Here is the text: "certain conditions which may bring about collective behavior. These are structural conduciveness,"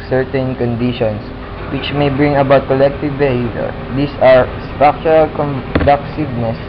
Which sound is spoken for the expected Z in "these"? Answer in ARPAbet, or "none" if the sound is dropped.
S